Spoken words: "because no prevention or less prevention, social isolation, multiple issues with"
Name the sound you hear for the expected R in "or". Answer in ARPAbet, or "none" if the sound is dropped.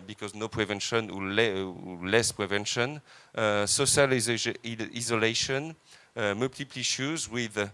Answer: L